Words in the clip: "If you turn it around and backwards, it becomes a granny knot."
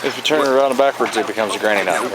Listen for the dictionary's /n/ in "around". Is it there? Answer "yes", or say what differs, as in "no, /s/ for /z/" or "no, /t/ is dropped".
no, /n/ is dropped